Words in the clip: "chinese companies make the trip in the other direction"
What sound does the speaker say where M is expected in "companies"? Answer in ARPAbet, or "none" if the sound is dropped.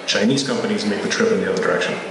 M